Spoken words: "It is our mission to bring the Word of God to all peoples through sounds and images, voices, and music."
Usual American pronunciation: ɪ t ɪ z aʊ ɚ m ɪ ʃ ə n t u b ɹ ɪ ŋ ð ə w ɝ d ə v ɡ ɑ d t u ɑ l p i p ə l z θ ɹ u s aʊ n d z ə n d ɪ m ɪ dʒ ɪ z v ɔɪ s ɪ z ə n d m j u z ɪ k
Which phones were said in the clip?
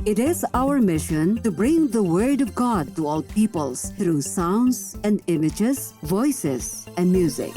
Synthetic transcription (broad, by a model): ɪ t ɪ z aʊ ɚ m ɪ ʃ ə n t u b ɹ ɪ ŋ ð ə w ɝ d ə v ɡ ɑ d t u ɑ l p i p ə l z t ɹ u s aʊ n d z ə n d ɪ m ɪ dʒ ɪ z v ɔɪ s ɪ z ə n d m j u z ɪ k